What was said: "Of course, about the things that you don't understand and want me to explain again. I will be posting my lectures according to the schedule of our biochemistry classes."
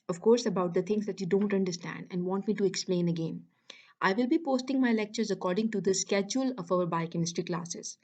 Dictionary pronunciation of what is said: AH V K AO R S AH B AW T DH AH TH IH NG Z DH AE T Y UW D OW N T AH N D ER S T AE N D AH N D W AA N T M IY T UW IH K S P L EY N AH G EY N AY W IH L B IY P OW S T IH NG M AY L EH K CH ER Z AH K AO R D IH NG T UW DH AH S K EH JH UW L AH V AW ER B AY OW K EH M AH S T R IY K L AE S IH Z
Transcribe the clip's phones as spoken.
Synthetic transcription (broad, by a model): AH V K AO R S AH B AW T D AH T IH NG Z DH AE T Y UW D OW N T AH N D ER S T AE N D AH N D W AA N T M IY T UW IH K S P L EY N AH G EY N AY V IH L B IY P OW S T IH NG M AY L EH K CH ER Z AH K AO R D IH NG T UW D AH S K EH JH UW L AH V AW ER B AY K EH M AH S T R IY K L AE S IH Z